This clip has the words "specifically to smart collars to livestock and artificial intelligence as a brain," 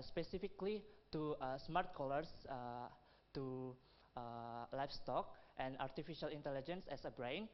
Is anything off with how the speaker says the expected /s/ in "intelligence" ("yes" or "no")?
no